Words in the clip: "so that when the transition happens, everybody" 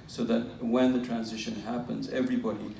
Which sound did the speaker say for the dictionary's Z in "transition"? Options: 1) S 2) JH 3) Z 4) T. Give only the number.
3